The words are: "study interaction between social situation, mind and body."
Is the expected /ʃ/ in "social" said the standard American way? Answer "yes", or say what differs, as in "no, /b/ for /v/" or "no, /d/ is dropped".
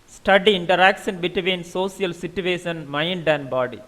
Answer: no, /s/ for /ʃ/